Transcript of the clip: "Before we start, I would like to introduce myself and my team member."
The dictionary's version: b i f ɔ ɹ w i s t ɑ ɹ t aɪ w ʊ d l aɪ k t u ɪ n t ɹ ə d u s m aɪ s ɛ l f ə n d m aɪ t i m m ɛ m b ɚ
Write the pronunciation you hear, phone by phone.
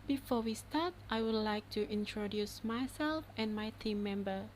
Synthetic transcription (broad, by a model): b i f ɔ w i s t ɑ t t aɪ w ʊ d l aɪ k t u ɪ n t ɹ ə d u s m aɪ s ɛ l f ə n m aɪ t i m m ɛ m b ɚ